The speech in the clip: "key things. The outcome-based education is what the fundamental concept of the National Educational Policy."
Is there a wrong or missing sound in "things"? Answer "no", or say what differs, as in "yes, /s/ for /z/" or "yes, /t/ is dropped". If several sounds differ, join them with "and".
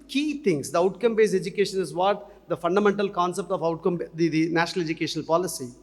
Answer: yes, /t/ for /θ/